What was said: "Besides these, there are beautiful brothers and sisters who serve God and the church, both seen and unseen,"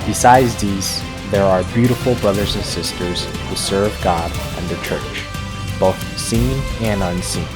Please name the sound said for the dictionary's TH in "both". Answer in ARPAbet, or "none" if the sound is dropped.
TH